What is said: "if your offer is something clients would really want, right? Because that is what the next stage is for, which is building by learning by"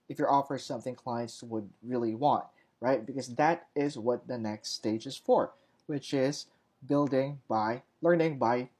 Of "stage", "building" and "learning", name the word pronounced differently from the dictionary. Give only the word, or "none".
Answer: none